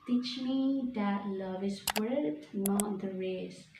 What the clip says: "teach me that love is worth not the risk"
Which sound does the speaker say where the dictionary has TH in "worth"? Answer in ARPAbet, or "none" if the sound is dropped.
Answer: T